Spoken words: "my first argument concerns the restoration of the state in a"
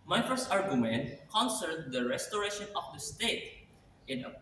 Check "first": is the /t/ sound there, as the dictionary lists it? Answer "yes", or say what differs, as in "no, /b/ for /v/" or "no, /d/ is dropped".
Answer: no, /t/ is dropped